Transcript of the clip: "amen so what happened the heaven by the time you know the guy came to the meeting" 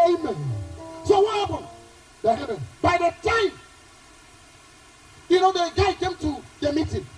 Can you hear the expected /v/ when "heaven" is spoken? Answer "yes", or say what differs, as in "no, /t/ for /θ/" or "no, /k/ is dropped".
no, /p/ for /v/